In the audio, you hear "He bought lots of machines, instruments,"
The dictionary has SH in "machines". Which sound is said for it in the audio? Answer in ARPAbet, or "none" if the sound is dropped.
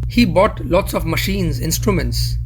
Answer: SH